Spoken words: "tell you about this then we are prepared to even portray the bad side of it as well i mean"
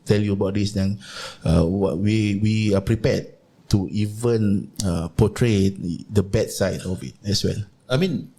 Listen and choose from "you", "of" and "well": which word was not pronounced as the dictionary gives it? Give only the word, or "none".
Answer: of